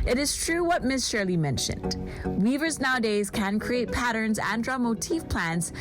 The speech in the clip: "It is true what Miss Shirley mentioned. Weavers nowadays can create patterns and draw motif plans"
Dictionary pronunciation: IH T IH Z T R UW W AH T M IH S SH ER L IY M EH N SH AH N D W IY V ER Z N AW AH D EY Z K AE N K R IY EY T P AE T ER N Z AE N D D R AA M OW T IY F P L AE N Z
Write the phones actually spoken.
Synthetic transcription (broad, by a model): IH T IH Z T R UW W AH T M IH S SH ER L IY M EH N SH AH N D W IY V ER Z N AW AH D EY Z K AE N K R IY EY T P AE T ER N Z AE N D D R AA M OW T IY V P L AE N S